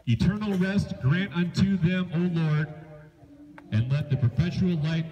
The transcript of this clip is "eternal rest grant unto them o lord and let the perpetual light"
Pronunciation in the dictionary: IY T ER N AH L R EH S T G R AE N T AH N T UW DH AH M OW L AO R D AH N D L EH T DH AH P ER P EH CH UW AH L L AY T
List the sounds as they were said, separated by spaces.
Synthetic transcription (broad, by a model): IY T ER N L R EH S T G R AE N T AH N T UW DH AH M OW L AO R D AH N L EH T DH AH P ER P EH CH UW L L AY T